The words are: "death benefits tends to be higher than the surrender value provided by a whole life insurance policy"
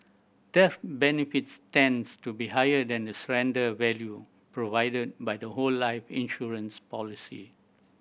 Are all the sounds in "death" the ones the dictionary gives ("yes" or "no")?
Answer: no